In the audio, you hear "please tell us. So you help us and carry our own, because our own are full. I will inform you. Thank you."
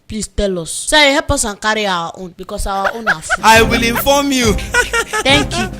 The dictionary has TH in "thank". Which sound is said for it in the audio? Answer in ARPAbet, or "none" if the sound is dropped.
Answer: T